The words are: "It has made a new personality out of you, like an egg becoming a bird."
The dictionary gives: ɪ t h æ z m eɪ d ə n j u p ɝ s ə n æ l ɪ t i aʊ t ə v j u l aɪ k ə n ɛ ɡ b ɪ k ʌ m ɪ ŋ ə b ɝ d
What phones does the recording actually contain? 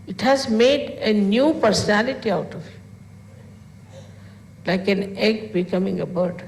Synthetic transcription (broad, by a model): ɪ t h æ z m eɪ d ə n j u p ɝ s ə n æ l ɪ t i aʊ t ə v l aɪ k ə n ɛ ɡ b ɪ k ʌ m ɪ ŋ ə b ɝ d